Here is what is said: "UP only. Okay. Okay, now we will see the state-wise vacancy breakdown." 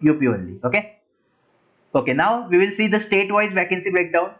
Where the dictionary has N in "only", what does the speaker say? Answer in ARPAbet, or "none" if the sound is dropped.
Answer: none